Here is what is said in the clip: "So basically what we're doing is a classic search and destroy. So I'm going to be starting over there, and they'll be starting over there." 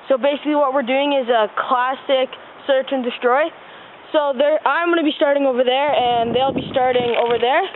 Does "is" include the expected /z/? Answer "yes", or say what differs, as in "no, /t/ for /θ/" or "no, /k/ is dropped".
yes